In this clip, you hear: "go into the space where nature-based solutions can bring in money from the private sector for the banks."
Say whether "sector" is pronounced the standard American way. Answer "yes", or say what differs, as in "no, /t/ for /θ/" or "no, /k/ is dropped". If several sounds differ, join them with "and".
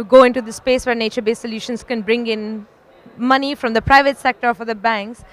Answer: yes